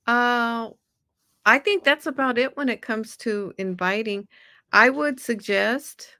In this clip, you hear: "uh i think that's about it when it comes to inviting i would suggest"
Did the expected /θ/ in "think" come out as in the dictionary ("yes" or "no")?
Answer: yes